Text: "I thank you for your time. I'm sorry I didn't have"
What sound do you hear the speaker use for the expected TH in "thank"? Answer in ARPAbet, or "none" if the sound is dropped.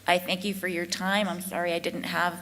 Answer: TH